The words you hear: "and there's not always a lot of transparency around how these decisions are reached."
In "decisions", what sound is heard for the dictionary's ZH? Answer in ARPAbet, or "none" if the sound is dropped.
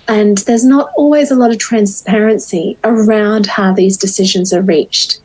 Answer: ZH